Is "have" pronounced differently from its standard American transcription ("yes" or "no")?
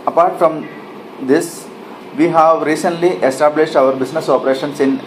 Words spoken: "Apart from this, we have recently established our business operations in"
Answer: no